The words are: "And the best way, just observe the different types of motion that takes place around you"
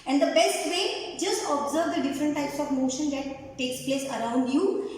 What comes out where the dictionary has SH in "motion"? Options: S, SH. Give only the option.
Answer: SH